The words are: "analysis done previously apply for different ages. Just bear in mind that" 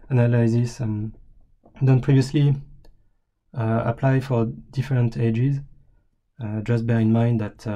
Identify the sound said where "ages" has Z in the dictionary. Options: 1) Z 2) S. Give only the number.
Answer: 1